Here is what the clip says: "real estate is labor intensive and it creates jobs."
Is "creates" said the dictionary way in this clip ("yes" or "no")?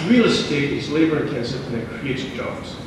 no